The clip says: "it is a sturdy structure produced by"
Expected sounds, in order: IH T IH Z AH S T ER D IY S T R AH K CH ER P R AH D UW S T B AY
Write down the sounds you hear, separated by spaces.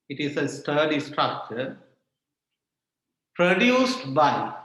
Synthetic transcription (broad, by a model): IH T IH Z AH S T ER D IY S T R AH K CH ER P R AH D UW S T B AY